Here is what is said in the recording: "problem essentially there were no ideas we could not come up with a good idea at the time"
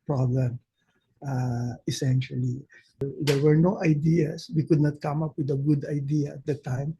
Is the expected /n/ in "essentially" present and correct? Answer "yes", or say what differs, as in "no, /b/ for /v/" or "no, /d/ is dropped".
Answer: yes